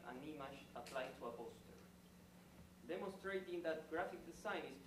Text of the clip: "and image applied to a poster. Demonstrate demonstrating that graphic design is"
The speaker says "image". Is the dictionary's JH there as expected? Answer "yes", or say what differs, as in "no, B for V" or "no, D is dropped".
no, SH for JH